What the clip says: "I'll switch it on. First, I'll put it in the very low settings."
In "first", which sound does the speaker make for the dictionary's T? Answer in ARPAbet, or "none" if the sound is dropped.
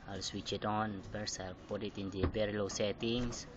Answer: none